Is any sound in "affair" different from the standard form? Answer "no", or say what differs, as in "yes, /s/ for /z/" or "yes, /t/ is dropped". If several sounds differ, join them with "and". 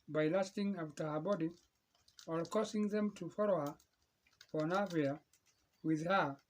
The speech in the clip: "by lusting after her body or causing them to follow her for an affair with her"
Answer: yes, /f/ is dropped